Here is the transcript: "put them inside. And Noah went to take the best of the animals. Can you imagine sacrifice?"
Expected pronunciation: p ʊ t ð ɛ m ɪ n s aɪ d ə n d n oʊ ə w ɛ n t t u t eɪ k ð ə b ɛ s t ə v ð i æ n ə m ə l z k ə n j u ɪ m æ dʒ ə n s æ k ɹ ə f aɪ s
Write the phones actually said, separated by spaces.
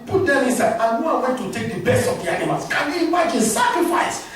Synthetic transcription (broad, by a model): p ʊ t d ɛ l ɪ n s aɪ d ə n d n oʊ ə w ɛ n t t u t eɪ k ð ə b ɛ s t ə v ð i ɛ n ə m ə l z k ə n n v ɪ ɪ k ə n s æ k ɹ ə f aɪ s